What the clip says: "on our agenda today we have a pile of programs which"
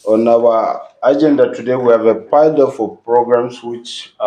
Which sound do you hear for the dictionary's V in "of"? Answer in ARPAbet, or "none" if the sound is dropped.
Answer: F